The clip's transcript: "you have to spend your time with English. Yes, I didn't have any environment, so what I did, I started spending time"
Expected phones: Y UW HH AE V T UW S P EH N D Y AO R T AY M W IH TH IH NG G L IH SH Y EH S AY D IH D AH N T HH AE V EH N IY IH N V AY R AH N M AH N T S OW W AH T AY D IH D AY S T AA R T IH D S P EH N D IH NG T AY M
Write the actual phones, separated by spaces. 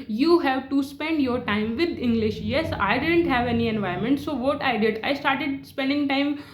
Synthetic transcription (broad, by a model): Y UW HH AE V T UW S P EH N D Y AO R T AY M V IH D IH NG G L IH SH Y EH S AY D IH D AH N T HH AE V EH N IY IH N V AY AH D M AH N T S OW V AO T AY D IH D AY S T AA R T IH D S P EH N D IH NG T AY M